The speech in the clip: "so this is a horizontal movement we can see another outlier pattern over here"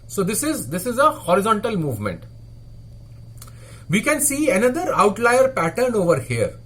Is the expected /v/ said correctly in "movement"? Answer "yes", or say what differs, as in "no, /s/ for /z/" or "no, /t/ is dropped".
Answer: yes